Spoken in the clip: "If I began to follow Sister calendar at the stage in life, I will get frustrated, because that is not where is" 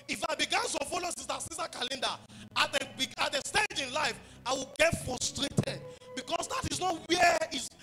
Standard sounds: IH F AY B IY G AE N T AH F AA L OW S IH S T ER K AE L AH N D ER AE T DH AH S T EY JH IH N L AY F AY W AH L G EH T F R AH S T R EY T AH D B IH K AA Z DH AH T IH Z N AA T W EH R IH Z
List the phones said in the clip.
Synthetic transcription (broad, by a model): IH F AY B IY G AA N S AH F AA L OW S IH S S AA K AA L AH N D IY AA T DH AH S T EY JH IH N L AY F AY W AH L G EH T F R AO S T R EY T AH D B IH K AA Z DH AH T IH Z N AA T W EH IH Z